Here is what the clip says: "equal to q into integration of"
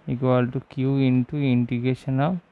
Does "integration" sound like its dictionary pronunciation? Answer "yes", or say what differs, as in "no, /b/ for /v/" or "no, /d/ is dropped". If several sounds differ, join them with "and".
no, /ɹ/ is dropped